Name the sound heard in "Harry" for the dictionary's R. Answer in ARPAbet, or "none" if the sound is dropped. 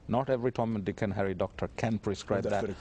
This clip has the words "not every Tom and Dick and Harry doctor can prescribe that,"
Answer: R